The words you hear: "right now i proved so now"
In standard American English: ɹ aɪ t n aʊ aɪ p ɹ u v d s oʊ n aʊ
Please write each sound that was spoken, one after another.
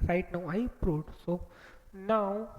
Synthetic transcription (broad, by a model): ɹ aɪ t n aʊ aɪ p ɹ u d s oʊ n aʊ